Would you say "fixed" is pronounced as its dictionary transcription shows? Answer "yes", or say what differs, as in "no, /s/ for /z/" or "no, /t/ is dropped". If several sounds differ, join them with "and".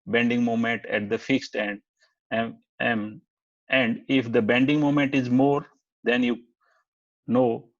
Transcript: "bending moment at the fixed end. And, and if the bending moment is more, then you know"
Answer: yes